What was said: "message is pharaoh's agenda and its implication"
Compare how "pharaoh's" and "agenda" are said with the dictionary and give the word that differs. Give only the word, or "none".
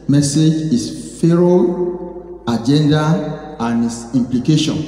pharaoh's